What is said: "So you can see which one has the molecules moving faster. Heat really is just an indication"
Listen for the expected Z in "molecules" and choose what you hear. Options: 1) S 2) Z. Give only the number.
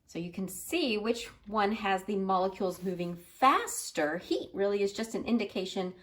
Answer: 2